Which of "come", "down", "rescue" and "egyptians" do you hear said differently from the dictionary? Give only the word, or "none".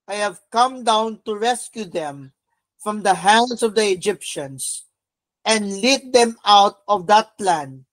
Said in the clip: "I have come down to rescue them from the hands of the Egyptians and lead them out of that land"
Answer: egyptians